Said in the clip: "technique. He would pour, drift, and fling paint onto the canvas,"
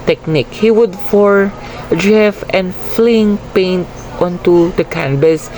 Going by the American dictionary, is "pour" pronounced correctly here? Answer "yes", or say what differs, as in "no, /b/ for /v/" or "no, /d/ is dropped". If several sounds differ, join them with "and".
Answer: no, /f/ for /p/